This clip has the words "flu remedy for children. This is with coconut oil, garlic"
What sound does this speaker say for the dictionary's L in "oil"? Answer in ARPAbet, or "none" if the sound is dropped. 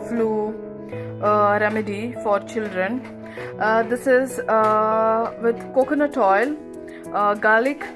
L